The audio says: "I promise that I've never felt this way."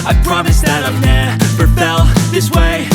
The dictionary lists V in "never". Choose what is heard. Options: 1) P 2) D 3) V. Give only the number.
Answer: 1